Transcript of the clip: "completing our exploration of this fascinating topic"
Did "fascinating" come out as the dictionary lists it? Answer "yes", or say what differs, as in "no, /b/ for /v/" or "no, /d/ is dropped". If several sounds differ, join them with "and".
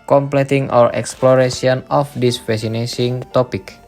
no, /s/ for /t/